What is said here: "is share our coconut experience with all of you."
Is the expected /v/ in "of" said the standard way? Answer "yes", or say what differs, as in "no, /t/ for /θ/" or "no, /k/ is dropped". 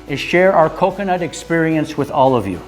yes